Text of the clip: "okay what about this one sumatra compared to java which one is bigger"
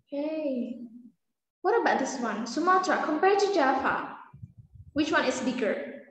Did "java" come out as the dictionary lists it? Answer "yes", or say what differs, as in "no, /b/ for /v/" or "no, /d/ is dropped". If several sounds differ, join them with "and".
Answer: no, /f/ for /v/